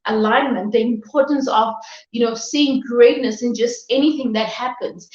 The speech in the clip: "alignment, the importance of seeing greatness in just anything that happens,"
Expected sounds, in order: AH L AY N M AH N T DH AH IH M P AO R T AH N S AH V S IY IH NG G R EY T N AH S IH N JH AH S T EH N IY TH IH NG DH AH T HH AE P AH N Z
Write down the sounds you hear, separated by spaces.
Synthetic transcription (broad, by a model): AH L AY N M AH N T DH AH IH M P AO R T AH N S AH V S IY IH NG G R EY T N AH S IH N JH AH S T EH N IY TH IH NG DH AH T HH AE P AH N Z